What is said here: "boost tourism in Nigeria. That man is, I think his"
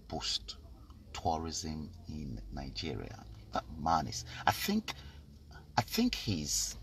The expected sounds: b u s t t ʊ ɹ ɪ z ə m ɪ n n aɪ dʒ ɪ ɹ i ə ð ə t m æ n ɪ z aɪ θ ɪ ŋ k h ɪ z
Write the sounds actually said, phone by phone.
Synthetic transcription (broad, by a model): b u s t t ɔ ɹ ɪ z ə m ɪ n n aɪ dʒ ɪ ɹ i ə ð ə t m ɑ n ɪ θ aɪ θ ɪ ŋ k h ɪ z